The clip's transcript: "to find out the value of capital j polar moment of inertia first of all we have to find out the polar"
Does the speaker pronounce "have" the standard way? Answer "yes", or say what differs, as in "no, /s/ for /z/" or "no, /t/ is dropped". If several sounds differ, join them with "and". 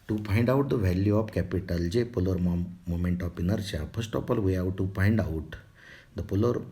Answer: no, /w/ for /v/